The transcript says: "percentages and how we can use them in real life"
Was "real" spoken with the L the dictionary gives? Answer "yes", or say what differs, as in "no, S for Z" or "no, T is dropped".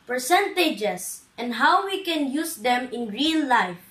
no, N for L